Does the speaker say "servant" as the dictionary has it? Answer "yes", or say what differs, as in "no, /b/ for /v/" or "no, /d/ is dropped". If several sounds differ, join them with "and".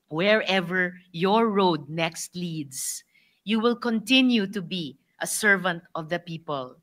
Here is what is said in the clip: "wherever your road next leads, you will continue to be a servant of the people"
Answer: yes